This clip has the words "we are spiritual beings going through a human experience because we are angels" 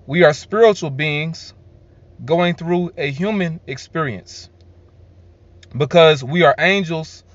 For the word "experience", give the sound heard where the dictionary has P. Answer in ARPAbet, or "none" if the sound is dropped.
P